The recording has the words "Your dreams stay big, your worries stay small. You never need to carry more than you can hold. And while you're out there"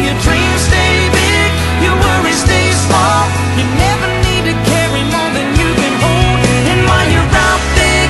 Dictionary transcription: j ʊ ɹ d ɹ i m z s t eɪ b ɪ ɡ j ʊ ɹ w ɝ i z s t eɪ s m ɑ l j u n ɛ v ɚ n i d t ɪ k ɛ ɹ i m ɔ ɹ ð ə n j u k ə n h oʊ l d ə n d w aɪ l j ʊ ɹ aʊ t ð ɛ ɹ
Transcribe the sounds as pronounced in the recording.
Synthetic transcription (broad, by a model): j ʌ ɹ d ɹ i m s t eɪ b ɪ ɡ j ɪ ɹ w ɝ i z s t eɪ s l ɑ j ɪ n ɛ v ɚ n i d t ɪ k ɛ ɹ i m ɔ ɹ ð ə n j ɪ k ə n h oʊ l d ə n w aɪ n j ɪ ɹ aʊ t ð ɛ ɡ